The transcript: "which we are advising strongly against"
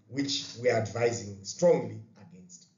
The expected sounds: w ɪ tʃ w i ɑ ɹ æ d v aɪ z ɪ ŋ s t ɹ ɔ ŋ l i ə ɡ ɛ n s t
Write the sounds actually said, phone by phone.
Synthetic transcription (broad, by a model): w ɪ tʃ w i ɑ ɹ æ d v aɪ z ɪ ŋ s t ɹ ɔ ŋ l i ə ɡ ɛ n s t